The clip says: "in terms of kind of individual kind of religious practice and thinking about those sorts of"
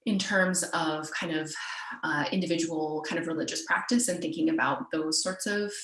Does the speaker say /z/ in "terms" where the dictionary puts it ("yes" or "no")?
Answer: yes